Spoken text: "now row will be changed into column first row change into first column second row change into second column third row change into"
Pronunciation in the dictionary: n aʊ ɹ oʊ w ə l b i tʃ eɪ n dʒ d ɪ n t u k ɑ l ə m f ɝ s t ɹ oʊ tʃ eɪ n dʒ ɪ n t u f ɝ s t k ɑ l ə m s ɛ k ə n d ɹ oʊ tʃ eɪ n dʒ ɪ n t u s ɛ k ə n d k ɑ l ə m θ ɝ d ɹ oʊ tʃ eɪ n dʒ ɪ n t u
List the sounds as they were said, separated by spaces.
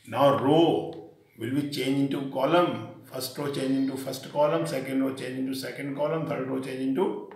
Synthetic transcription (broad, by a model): n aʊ ɹ oʊ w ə l b i tʃ eɪ n dʒ ɪ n t u k ɑ l ə m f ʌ s t ɹ oʊ tʃ eɪ n dʒ ɪ n t u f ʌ s t k ɑ l ə m s ɛ k ə n d ɹ oʊ tʃ eɪ n dʒ ɪ n t u s ɛ k ə n d k ɑ l ə m t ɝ d ɹ oʊ tʃ eɪ n dʒ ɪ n t u